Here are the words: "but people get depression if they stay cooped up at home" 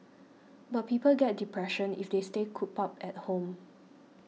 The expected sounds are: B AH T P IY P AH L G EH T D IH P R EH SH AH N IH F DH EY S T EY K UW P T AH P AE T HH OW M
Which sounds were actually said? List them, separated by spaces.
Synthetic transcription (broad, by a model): B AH T P IY P AH L G EH T D IH P R EH SH AH N IH F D EY S T EY K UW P AH P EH T HH OW M